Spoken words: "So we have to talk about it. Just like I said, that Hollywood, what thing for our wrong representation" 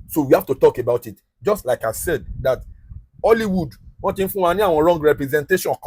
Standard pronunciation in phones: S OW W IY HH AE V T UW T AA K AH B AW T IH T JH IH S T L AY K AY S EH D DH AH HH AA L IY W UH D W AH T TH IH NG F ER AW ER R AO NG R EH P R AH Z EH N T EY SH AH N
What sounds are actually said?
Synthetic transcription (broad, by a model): S OW W IY HH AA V T UW T AA K AH B AW T IH T JH IH S T L AY K AY S EH D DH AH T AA L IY W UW D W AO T F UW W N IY AW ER R AO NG R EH P R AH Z EH N T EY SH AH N